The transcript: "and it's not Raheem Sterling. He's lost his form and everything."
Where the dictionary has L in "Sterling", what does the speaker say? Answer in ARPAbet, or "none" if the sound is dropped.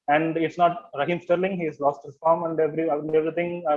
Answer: L